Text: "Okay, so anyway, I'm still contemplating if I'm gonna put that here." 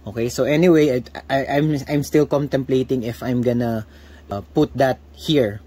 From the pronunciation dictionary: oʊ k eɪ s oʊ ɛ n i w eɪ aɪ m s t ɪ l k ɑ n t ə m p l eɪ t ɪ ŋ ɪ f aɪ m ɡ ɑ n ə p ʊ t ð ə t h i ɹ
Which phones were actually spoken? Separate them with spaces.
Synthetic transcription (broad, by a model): oʊ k eɪ s oʊ ɛ n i w eɪ aɪ m s t ɪ l k ɑ n t ə m p l eɪ t ɪ ŋ ɪ f aɪ m ɡ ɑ n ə p ʊ t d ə t h i ɹ